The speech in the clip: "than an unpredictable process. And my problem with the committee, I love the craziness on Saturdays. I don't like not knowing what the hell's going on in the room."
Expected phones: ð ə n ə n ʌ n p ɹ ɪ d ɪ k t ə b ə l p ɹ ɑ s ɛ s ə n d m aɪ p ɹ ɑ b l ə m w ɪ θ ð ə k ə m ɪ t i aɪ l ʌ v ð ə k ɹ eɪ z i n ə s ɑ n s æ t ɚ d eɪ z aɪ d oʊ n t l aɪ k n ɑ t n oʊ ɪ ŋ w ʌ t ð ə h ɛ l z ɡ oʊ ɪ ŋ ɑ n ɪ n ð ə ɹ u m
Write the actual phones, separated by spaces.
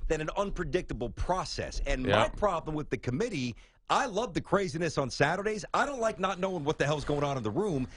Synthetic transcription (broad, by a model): ð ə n ə n ʌ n p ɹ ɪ d ɪ k t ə b l p ɹ ɑ s ɛ s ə n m aɪ p ɹ ɑ b l ə m w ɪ ð ə k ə m ɪ t i aɪ l ʌ v ð ə k ɹ eɪ z i n ə s n s æ t ɚ d eɪ z aɪ d oʊ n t l aɪ k n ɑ t n oʊ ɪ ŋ w ʌ t ð ə h ɛ l z ɡ oʊ ɪ ŋ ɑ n ɪ n ð ə ɹ u m